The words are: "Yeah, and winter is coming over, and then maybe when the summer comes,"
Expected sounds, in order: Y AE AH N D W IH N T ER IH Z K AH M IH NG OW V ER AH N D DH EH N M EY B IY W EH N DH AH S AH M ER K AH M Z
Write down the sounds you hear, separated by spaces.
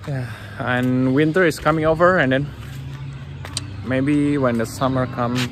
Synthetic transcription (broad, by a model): Y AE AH N W IH N T ER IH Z K AH M IH NG OW V ER AH N D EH N M EY B IY W EH N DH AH S AH M ER K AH M